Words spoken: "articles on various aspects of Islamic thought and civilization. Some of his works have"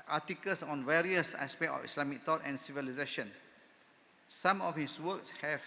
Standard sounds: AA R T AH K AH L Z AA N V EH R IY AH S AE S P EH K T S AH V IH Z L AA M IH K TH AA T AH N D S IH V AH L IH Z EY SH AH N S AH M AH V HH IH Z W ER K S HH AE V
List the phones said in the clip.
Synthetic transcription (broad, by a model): AA T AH K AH L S AA N V EH R IY AH S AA S P EH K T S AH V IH S L AA M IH K T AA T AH N S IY V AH L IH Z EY SH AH N S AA M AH F HH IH S W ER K S HH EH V